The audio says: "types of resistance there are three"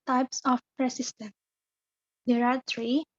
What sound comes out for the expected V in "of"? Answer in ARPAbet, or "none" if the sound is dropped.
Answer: P